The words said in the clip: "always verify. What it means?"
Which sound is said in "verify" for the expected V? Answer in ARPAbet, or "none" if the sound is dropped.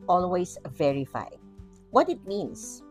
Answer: V